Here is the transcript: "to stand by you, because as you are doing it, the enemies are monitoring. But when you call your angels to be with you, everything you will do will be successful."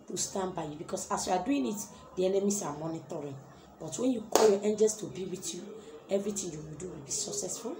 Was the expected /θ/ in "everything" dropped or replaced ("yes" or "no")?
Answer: yes